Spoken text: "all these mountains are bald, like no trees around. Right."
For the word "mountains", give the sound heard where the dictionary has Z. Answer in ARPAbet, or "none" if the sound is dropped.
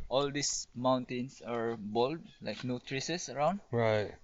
S